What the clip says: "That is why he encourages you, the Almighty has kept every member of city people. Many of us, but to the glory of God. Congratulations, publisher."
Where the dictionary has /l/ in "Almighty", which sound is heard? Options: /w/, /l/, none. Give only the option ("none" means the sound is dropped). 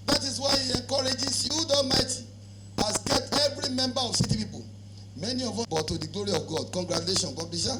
none